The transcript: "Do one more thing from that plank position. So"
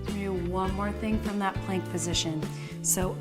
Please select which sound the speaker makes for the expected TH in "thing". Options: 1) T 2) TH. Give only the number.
2